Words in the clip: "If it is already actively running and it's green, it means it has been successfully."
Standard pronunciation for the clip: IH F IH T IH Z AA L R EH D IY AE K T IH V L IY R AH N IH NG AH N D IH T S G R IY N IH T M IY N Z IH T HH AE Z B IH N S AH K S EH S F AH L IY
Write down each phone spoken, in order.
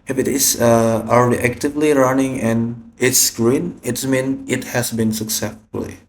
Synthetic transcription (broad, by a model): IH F IH T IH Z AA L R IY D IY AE K T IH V L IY R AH N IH NG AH N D IH T S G R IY N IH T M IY N IH T HH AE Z B IH N S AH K S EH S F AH L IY